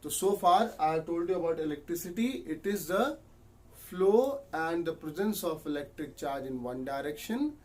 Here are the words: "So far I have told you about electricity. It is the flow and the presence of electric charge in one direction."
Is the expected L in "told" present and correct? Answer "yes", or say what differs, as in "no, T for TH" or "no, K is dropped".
yes